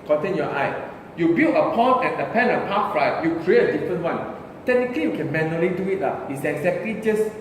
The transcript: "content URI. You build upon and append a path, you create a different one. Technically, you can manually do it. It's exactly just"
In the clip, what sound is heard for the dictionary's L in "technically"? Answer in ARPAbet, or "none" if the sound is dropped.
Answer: L